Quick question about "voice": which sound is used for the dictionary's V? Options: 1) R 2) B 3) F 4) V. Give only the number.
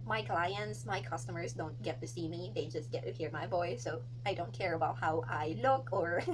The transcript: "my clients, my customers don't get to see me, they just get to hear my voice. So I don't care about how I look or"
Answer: 2